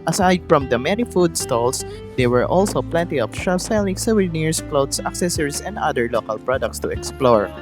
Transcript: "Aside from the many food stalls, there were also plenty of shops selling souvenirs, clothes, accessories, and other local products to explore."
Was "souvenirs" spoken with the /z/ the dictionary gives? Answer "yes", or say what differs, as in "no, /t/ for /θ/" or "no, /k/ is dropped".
no, /s/ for /z/